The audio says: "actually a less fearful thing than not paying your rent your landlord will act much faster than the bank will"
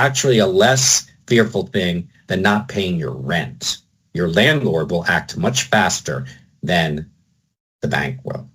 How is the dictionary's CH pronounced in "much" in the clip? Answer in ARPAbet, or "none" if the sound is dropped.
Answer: CH